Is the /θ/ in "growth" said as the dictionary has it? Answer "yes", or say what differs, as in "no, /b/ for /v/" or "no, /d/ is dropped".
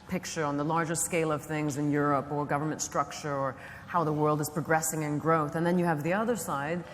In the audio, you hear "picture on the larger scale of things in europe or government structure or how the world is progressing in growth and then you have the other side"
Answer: yes